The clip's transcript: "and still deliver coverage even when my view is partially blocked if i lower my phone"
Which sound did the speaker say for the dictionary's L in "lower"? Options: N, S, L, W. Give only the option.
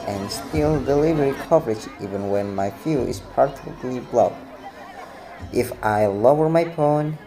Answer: L